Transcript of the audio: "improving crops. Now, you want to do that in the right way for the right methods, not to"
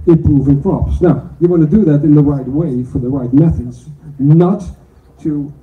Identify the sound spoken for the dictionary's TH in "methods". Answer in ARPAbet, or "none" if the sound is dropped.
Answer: TH